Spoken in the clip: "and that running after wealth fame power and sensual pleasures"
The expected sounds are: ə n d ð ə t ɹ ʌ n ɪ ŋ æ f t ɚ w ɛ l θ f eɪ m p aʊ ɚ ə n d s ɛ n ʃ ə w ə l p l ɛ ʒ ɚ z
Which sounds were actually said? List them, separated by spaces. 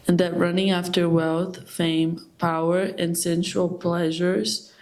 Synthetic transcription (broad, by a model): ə n ð ə t ɹ ʌ n ɪ ŋ æ f t ɚ w ɛ l θ f eɪ m p aʊ ɚ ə n s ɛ n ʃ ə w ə l p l ɛ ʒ ɚ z